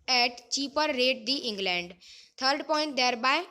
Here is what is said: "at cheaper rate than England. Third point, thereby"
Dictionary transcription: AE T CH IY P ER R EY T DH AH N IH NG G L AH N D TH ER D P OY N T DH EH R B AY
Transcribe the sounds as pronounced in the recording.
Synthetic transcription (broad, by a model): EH T CH IY P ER R EY T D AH IH NG G L AH N D T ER D P OY N T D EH R B AY